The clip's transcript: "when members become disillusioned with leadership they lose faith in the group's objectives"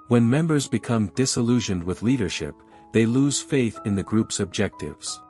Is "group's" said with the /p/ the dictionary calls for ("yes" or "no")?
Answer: yes